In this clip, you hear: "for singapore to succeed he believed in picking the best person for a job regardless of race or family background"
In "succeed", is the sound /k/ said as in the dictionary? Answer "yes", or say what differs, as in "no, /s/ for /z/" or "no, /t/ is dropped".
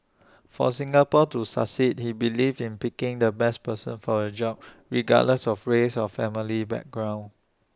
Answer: no, /k/ is dropped